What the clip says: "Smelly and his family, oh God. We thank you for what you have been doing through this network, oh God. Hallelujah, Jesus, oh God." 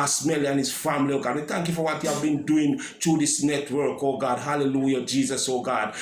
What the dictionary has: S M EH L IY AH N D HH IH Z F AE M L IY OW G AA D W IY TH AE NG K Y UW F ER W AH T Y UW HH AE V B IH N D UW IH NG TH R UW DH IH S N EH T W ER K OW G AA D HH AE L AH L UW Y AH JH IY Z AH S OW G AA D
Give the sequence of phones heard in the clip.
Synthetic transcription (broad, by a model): S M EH L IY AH N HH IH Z F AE M L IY OW G AA D W IY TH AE NG K Y UW F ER W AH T Y UW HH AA V B IH N D UW IH NG T R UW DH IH S N EH T W ER K OW G AA D HH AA L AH L UW Y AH JH IY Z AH S OW G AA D